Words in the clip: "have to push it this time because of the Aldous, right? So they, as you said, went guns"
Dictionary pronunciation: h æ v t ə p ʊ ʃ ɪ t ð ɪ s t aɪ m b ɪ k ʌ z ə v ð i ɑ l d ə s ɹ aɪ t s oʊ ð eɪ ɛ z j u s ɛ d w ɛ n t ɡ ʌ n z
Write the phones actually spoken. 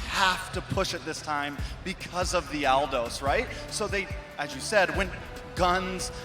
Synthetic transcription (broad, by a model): h æ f t ə p ʊ ʃ ɪ t ð ɪ s t aɪ m b ɪ k ʌ z ə v ð i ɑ l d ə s ɹ aɪ t s oʊ ð eɪ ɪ z j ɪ s ɛ d w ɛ n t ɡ ʌ n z